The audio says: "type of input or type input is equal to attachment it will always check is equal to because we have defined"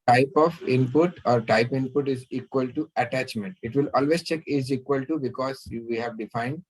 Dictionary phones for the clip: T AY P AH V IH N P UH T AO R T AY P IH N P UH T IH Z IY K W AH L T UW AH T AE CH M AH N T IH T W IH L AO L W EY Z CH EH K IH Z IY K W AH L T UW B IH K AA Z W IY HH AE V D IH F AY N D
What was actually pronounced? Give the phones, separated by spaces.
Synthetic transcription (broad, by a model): T AY P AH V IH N P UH T AO R T AY P IH N P UH T IH Z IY K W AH L T UW AH T AE CH M AH N T IH T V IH L AO L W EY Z CH EH K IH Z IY K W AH L T UW B IH K AA Z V IY HH AE V D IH F AY N D